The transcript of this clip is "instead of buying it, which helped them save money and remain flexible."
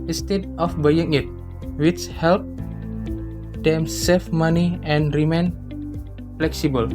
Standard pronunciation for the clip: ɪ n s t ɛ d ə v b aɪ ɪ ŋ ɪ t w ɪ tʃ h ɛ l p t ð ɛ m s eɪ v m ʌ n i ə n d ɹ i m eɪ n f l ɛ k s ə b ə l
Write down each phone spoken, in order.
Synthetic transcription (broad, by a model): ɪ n s t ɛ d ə f b aɪ ɪ ŋ ɪ t w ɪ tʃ h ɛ l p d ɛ m s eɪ f m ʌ n i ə n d ɹ i m eɪ n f l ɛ k s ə b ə l